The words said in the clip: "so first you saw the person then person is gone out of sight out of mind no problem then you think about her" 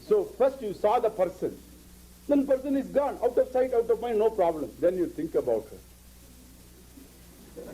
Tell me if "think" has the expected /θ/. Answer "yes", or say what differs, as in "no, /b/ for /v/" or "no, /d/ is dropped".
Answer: no, /t/ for /θ/